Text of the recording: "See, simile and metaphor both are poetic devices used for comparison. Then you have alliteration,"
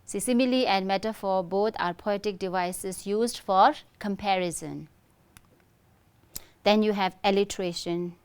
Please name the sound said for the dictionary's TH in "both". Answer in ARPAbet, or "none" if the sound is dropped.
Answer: T